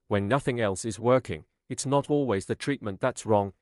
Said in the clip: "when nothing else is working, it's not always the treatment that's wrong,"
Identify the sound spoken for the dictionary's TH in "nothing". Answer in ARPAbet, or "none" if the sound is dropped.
TH